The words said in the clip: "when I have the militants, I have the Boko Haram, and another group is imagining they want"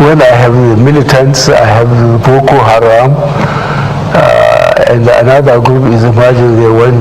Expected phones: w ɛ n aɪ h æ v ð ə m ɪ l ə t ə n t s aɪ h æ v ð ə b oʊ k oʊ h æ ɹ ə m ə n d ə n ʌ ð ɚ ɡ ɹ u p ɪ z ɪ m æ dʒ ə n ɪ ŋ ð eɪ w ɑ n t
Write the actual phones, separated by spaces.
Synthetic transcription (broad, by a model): w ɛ n aɪ h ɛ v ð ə m ɪ l ə t ə n t s aɪ h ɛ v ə b oʊ k oʊ h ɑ ɹ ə m ə n d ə n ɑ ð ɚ ɡ ɹ u p ɪ z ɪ m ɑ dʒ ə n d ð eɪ w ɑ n